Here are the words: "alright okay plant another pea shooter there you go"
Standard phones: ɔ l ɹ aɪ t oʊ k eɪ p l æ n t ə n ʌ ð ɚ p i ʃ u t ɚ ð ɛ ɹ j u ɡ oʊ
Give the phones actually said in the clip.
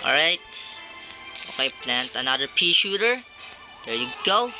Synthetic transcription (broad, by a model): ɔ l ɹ aɪ t oʊ k eɪ p l æ n t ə n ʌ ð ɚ p i ʃ u t ɚ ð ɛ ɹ j u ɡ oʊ